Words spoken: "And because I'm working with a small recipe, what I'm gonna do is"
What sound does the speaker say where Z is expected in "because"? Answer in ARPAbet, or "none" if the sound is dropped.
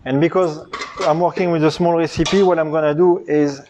Z